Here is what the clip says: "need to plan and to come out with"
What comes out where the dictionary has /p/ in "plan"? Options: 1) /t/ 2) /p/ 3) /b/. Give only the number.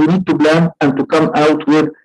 3